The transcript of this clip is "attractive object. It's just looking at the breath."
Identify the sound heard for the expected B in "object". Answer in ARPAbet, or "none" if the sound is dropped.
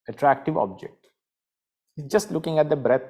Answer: B